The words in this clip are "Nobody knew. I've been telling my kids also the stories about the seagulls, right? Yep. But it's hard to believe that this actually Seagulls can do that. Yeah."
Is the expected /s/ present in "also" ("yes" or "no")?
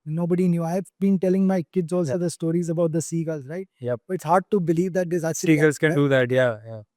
no